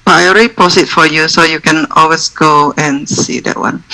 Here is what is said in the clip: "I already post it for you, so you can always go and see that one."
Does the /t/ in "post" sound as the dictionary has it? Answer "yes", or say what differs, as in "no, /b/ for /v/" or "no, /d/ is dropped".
no, /t/ is dropped